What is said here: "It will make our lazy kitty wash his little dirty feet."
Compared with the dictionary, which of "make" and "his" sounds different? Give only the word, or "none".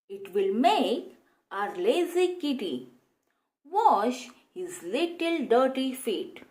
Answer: none